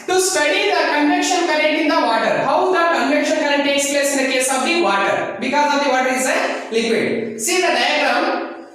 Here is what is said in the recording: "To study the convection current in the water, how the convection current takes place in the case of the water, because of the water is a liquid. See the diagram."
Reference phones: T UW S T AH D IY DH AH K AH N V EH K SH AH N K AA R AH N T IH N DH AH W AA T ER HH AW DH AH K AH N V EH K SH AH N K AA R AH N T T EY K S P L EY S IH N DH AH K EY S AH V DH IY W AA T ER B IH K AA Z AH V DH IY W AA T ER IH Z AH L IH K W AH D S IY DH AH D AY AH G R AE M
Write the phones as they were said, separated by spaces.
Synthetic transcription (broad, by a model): T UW S T AH D IY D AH K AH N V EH K SH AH N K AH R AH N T IH N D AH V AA T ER HH AW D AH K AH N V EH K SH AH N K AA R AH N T T EY K S P L EY S IH N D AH K EY S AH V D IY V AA T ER B IH K AA Z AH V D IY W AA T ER IH Z AH L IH K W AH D S IY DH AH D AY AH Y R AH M